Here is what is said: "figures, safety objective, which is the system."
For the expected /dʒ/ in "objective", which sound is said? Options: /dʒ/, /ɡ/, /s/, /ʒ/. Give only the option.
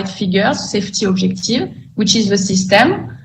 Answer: /ʒ/